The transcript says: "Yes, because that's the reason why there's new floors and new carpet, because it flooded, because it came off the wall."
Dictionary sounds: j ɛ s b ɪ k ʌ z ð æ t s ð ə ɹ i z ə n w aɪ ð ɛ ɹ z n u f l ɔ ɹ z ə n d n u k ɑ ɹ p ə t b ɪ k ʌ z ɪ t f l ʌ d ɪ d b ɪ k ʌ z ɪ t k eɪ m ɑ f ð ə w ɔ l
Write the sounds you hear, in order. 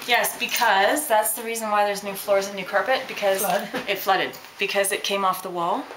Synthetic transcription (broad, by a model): j ɛ s b ɪ k ʌ z ð æ t s ð ə ɹ i z ə n w aɪ ð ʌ ɹ z n u f l ɔ ɹ z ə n n u k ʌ ɹ p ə t b ɪ k ʌ z ɪ t f l ʌ d ɪ d b ɪ k ʌ z ɪ t k eɪ m ɑ f ð ə w ɔ l